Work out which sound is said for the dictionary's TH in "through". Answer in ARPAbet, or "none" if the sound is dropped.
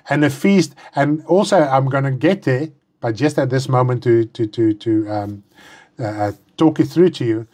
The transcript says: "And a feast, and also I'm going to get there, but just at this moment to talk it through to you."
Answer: TH